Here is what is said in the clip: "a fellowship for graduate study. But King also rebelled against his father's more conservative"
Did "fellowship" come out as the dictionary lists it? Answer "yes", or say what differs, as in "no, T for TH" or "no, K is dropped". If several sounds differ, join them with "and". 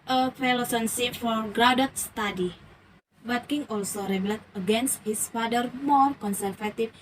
no, S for SH